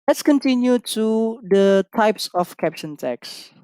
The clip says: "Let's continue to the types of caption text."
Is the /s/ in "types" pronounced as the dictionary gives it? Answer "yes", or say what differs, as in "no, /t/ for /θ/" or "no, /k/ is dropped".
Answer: yes